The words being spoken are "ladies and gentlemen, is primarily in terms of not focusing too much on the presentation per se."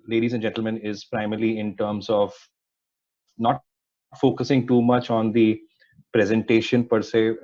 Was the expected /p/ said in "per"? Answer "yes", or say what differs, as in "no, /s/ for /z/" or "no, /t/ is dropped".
yes